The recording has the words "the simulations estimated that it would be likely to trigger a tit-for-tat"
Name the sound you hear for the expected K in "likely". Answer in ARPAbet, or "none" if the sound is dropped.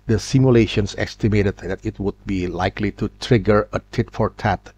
K